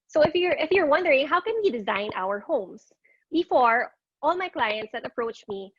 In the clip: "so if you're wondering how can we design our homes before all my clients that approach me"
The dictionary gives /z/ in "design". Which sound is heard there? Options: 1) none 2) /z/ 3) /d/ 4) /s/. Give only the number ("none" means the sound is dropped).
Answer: 2